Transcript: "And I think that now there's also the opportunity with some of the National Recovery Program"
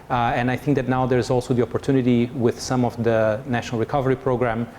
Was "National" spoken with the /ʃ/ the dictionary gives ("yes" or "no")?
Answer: yes